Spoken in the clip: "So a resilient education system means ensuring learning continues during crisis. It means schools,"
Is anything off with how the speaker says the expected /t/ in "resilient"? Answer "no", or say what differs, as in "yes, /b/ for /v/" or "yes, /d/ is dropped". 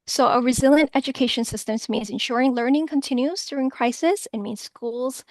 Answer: no